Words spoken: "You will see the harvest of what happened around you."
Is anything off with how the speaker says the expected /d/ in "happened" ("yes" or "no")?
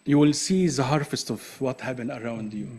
yes